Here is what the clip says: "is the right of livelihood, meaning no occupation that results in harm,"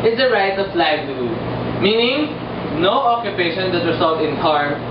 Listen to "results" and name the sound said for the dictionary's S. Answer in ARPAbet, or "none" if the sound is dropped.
none